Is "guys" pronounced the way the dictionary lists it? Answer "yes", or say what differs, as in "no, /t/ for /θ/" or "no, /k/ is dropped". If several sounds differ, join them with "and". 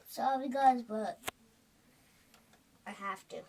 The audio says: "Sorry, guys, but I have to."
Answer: yes